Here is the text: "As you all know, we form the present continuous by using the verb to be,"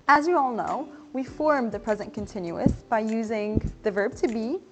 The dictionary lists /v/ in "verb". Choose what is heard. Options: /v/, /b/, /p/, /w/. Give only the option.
/v/